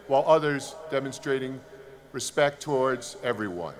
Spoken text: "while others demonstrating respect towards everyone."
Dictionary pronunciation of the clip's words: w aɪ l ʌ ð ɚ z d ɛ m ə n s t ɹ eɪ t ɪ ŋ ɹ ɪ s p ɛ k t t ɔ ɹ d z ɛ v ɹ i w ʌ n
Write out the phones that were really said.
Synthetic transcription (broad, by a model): w aɪ l ʌ ð ɚ z d ɛ m ə n s t ɹ eɪ t ɪ ŋ ɹ ɪ s p ɛ k t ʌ ɔ ɹ d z ɛ v ɹ i w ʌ n